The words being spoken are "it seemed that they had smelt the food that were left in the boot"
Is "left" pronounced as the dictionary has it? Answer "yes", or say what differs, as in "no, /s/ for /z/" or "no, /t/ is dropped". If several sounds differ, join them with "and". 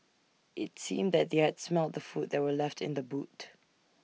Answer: yes